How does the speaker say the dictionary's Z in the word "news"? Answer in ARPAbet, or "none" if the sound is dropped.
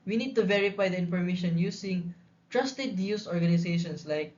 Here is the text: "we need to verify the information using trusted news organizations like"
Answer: S